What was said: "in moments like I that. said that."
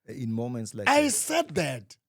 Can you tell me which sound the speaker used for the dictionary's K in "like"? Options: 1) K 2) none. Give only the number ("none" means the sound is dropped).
2